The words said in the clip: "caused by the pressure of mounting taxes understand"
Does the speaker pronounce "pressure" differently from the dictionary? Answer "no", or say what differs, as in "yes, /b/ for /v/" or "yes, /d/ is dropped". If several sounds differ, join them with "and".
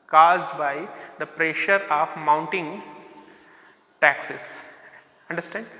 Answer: no